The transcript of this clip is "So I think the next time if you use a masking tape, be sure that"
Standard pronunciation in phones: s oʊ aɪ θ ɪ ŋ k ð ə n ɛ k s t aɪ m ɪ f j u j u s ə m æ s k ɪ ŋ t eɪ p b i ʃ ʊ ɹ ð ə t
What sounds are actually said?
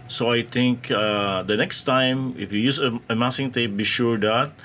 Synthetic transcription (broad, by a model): s oʊ aɪ t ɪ ŋ k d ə n ɛ k s t aɪ m ɪ f j u j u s ə m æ s ɪ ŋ t eɪ p b i ʃ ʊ ɹ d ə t